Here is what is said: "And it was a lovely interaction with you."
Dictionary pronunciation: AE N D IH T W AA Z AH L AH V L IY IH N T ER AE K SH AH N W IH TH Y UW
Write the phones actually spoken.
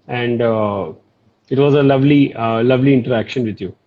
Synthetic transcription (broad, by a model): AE N D IH T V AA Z AH L AH V L IY IH N T ER AE K SH AH N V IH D Y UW